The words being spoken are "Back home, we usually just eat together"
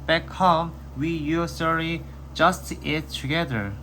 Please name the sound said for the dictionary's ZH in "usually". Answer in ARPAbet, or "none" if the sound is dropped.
S